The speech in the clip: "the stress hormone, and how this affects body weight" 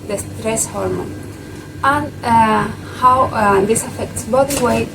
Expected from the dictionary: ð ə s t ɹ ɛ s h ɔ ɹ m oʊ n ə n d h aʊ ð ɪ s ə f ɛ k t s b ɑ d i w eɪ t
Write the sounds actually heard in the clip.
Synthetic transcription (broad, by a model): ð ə s t ɹ ɛ s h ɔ ɹ m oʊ n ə n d h aʊ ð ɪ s ə f ɛ k t s b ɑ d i w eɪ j